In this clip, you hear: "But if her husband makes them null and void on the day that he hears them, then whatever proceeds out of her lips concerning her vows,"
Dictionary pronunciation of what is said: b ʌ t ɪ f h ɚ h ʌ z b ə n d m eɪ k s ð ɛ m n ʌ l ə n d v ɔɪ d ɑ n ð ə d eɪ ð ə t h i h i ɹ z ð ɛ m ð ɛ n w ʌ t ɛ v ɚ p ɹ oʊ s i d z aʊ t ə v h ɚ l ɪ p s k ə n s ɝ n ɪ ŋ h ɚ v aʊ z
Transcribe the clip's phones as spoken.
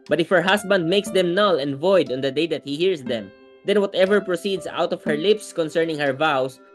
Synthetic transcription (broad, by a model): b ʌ t ɪ f h ɚ h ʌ s b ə n d m eɪ k s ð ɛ m n ʌ l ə n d v ɔɪ d ɑ n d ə d eɪ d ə t h i h i ɹ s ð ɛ m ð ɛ n w ʌ t ɛ v ɚ p ɹ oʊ s i d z aʊ t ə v h ɚ l ɪ p s k ə n s ɝ n ɪ ŋ h ɚ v aʊ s